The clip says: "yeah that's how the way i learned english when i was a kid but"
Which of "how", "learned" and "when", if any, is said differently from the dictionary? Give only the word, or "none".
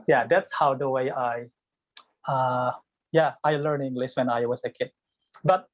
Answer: learned